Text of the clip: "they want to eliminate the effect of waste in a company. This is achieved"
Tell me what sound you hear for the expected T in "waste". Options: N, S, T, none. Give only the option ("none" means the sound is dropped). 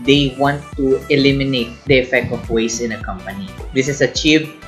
none